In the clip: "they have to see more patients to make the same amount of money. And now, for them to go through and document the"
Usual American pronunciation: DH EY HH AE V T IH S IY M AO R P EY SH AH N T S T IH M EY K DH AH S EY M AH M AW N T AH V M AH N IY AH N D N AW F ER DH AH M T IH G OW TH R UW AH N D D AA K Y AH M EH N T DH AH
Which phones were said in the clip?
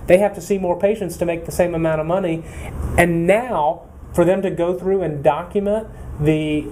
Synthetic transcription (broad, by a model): DH EY HH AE F T IH S IY M AO R P EY SH AH N T S T IH M EY K DH AH S EY M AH M AW T AH V M AH N IY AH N N AW F ER DH AH M T IH G OW TH R UW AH N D D AA K Y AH M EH N DH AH